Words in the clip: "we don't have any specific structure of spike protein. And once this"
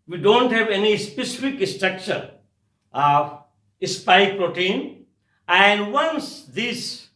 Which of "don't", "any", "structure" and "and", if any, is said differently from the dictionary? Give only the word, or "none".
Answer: none